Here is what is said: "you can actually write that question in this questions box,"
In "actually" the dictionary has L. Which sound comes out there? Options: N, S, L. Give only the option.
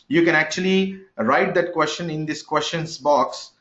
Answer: L